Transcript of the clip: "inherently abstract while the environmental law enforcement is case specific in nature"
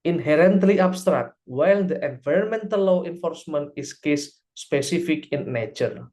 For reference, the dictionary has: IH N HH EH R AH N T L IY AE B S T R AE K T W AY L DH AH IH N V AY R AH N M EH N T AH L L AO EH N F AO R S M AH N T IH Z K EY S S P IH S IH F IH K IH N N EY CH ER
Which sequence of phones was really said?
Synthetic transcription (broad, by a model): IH N HH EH R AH N T L IY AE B S T R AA K T W AY L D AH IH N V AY R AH N M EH N T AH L L AO EH N F AO R S M AH N T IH S K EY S S P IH S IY F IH K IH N N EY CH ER